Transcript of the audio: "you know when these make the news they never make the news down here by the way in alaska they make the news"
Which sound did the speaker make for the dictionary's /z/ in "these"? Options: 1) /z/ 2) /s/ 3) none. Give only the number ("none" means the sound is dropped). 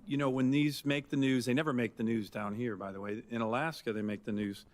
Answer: 1